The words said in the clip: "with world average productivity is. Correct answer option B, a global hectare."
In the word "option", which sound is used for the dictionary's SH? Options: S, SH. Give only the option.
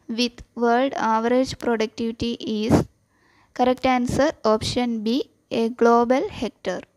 SH